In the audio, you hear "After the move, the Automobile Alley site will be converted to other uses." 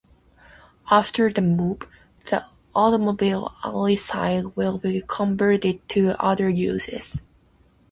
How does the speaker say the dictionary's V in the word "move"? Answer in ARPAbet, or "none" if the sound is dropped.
P